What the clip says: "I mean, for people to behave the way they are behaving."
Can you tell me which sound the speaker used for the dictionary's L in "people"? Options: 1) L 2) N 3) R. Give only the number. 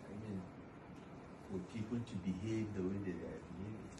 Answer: 2